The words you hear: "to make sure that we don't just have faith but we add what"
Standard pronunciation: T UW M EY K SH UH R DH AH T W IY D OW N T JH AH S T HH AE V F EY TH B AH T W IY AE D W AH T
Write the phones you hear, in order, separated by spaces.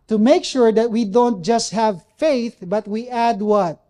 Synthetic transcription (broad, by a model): T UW M EY K SH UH R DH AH T W IY D OW N T JH AH S T HH AE V F EY TH B AH T W IY AE D W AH T